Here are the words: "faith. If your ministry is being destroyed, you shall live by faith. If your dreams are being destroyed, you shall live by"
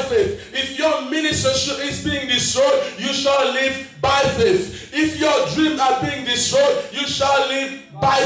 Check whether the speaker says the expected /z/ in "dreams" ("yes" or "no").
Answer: no